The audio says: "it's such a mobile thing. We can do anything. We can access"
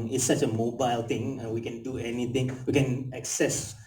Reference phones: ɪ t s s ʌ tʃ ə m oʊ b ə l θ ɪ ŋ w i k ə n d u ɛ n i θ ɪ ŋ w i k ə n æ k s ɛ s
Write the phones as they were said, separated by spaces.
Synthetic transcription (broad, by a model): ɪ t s s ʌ tʃ ə m oʊ b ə l t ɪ ŋ w i k ə n d u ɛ n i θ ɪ ŋ w i k ə n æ k s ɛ s